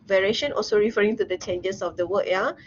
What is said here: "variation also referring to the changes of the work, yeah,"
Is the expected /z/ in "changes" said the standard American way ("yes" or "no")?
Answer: no